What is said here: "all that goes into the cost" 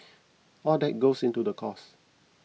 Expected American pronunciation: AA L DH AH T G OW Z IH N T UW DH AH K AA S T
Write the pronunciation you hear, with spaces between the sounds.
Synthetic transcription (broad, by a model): AA L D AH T G OW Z IH N T UW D AH K AA S